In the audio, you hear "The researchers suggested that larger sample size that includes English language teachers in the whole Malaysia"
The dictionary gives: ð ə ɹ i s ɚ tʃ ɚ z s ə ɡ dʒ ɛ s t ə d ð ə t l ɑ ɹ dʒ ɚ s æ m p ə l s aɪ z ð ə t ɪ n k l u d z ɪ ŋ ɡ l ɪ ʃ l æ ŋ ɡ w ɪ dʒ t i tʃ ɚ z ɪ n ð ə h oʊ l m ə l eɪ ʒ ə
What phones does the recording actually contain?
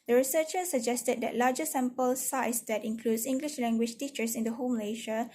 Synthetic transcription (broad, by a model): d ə ɹ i s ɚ tʃ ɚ s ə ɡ dʒ ɛ s t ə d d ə t l ɑ dʒ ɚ s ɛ m p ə l s aɪ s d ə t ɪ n k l u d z ɪ ŋ ɡ l ɪ ʃ l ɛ ŋ ɡ w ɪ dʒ t i tʃ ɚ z ɪ n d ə h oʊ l m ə l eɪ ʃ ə